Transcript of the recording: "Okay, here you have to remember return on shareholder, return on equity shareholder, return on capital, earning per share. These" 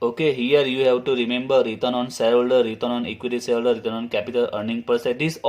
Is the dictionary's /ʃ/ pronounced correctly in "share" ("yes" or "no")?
no